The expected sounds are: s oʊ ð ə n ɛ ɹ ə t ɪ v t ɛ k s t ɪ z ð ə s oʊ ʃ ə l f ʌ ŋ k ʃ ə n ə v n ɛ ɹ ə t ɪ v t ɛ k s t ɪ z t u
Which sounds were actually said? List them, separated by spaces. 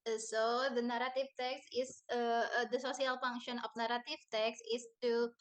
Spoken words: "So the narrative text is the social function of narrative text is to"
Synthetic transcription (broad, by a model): s oʊ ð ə n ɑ ɹ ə t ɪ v t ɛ k s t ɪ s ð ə s oʊ s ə l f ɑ ŋ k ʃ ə n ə f n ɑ ɹ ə t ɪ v t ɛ k s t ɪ s t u